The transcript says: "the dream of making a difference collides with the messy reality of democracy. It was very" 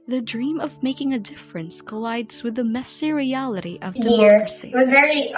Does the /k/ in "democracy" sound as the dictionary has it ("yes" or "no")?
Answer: no